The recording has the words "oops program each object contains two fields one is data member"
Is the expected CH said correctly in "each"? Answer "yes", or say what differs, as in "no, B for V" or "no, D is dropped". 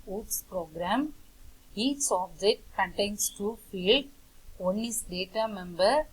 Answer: no, S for CH